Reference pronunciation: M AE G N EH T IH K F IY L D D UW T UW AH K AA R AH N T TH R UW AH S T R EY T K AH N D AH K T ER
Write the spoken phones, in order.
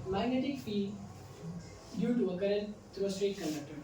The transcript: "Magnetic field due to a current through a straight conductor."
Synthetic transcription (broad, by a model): M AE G N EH T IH K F IY D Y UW T UW AH K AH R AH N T T R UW AH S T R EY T K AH N D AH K T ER